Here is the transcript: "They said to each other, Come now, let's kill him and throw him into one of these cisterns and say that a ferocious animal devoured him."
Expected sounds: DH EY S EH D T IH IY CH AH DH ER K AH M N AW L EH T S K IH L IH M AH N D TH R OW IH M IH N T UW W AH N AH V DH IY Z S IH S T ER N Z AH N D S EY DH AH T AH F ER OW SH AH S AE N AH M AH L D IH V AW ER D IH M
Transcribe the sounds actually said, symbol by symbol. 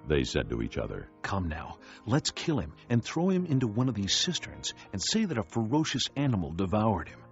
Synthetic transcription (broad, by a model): DH EY S EH D T IH IY CH AH DH ER K AH M N AW L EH T S K IH L IH M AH N TH R OW IH M IH N T UW W AH N AH V DH IY Z S IH S T ER N Z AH N S EY DH AH T AH F ER OW SH AH S AE N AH M L D IH V AW ER D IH M